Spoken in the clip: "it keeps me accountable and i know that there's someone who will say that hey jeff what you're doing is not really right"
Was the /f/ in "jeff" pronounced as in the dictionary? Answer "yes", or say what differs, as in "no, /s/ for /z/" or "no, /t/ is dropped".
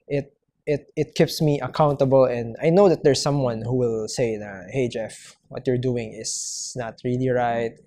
yes